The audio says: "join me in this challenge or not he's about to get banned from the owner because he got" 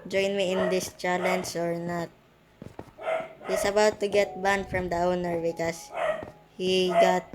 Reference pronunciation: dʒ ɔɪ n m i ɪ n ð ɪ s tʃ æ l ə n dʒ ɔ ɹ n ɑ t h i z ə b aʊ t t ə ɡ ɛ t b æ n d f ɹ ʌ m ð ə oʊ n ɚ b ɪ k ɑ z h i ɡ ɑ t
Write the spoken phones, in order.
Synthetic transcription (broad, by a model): dʒ ɔɪ n m i ɪ n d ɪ s tʃ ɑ l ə n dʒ ɔ ɹ n ɑ t h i s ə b aʊ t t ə ɡ ɛ t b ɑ n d f ɹ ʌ m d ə oʊ n ɚ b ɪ k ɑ s h i ɡ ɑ t